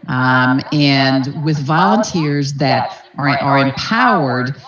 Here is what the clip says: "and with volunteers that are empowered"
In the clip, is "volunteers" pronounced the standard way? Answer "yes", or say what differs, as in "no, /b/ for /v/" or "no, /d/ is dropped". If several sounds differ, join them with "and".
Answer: yes